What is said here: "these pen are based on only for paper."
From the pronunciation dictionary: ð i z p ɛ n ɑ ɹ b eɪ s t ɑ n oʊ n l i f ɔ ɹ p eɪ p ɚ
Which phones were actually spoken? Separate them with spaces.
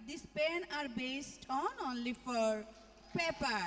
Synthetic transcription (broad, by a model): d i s p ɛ n ɑ ɹ b eɪ s t ɑ n oʊ n l i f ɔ ɹ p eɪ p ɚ